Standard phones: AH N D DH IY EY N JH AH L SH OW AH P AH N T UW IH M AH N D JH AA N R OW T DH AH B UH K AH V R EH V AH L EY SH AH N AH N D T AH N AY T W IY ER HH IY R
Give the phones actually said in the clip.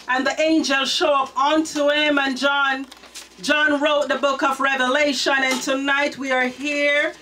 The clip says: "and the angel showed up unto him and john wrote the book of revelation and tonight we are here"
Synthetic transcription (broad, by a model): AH N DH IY EY N JH AH L SH OW AH P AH N T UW IH M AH N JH JH AA N R OW T DH AH B UH K AH V R EH V AH L EY SH AH N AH N T AH N AY T W IY ER HH IY R